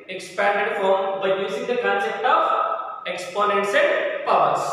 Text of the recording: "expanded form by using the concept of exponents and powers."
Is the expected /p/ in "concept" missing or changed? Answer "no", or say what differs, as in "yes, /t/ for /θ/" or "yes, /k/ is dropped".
yes, /p/ is dropped